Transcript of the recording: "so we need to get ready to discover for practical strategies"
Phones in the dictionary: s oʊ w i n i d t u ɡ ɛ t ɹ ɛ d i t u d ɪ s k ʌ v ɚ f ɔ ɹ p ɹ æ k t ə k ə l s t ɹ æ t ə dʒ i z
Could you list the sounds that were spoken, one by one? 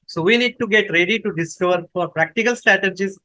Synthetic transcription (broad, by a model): s oʊ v i n i d t u ɡ ɛ t ɹ ɛ d i t u d ɪ s k ʌ v ɚ f ɔ ɹ p ɹ æ k t ə k ə l s t ɹ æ t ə dʒ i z